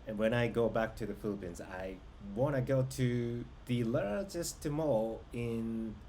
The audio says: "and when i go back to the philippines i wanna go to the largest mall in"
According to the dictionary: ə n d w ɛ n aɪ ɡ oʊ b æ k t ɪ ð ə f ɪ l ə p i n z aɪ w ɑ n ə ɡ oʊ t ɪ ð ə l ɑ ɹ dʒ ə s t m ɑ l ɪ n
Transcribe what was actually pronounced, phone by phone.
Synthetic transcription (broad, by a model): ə n w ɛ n aɪ ɡ oʊ b æ k t ɪ ð ə f ɪ l ə p i n z aɪ w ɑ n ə ɡ oʊ t ɪ ð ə l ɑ ɹ dʒ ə s t m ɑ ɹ ɪ n